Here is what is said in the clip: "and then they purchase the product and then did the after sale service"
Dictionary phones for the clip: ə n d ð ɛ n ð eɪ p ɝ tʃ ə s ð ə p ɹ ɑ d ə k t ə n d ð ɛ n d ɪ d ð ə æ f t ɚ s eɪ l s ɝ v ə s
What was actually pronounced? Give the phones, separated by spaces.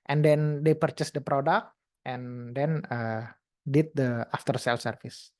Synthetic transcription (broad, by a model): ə n d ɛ n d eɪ p ɝ tʃ ə s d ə p ɹ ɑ d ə k t ə n d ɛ n d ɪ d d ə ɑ f t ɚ s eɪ l s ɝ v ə s